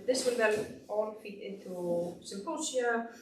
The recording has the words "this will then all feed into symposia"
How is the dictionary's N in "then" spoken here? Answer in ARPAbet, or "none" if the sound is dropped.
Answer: L